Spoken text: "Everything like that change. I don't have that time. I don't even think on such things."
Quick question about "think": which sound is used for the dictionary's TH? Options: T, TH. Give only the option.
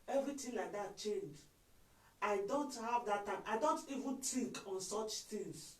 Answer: T